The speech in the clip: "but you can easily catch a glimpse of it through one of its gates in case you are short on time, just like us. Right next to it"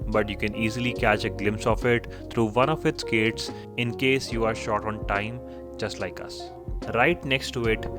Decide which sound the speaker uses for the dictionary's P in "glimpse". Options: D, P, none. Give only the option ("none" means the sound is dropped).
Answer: P